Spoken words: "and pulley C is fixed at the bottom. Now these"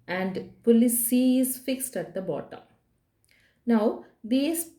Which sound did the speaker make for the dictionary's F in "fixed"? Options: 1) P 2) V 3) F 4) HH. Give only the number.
3